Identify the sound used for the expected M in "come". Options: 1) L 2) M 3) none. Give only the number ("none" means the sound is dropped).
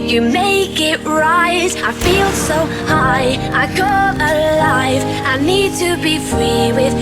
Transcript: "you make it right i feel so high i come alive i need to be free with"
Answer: 3